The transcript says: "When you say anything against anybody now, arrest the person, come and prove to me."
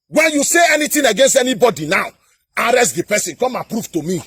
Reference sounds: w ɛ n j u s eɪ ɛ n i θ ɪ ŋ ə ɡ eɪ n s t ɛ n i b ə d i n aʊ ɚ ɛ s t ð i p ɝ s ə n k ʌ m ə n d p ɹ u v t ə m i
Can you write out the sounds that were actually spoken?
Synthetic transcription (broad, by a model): w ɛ n j u s eɪ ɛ n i t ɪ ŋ ə ɡ eɪ n s t ɛ n i b ə d i n aʊ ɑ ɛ s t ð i p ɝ s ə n k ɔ m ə p ɹ u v t ə m i